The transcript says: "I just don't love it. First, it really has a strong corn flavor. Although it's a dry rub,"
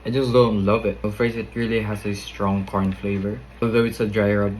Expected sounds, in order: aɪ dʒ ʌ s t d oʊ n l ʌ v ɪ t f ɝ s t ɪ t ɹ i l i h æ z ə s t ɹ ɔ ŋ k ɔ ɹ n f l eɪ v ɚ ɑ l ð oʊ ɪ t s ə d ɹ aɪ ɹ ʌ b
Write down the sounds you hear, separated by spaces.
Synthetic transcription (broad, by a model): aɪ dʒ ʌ s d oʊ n l ʌ v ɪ t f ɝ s ɪ t ɹ i l i h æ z ə s t ɹ ɔ ŋ k ɔ ɹ n f l eɪ v ɚ ɑ l ð oʊ ɪ t s ə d ɹ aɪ ɹ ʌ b